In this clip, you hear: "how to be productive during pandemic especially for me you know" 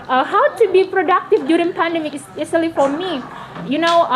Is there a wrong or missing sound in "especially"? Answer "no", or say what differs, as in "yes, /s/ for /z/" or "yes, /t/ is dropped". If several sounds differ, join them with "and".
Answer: yes, /p/ is dropped